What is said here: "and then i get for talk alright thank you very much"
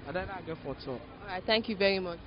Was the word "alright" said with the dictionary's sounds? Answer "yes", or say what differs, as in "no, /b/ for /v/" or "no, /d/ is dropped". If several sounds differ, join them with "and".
no, /l/ is dropped